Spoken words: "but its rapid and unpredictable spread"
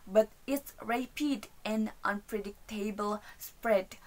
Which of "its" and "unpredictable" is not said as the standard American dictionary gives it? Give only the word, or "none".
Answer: none